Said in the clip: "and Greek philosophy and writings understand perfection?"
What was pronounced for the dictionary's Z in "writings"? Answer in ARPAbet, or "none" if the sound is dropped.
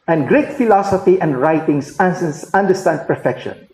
S